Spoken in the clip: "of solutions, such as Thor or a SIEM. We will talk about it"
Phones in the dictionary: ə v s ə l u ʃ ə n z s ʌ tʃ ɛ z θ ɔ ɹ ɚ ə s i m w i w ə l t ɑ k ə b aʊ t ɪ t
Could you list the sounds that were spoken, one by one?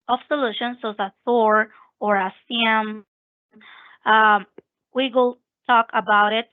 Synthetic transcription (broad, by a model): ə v s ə l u ʃ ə n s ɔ ʊ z θ ɔ ɹ ɚ ə s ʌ m w i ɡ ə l t ɑ k ə b aʊ t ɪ t